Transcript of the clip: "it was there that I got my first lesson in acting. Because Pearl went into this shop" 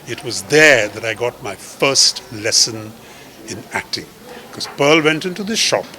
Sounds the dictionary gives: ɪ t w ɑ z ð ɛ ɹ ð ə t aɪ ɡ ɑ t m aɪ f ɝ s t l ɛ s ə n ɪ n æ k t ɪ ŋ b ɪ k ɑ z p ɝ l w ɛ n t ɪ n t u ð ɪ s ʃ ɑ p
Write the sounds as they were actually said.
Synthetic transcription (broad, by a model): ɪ t w ɑ z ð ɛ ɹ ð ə t aɪ ɡ ɑ t m aɪ f ɝ s t l ɛ s ə n ɪ n æ k t ɪ ŋ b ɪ k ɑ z p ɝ l w ɛ n t ɪ n t u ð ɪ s ʃ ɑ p